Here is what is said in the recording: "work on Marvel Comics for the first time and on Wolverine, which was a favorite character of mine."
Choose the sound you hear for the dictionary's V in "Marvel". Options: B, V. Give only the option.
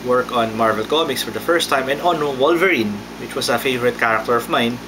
V